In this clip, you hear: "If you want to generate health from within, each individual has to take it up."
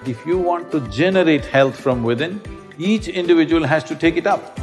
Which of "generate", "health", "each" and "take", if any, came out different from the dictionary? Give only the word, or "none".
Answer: health